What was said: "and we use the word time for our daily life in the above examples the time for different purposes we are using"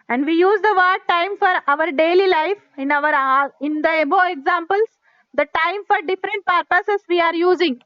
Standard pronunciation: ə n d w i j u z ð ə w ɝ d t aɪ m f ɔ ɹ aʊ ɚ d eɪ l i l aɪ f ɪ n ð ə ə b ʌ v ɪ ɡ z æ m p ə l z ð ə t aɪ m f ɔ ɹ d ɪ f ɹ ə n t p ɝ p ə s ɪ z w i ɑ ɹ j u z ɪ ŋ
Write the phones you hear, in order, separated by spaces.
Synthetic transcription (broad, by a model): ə n d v i j u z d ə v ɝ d t aɪ m f ɔ ɹ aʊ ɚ d eɪ l i l aɪ f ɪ n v ə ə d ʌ b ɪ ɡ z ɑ m p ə l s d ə t aɪ m f ɔ ɹ d ɪ f ɹ ə n t p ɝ p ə s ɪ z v i ɑ ɹ j u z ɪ ŋ